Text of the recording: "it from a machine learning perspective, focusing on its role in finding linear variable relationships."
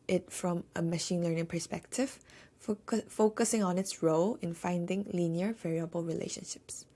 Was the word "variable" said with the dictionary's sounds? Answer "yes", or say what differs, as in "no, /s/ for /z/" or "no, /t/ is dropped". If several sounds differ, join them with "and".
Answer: yes